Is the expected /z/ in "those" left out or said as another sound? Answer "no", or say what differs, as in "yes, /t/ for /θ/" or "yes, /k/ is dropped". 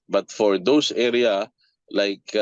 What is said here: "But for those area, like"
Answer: yes, /s/ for /z/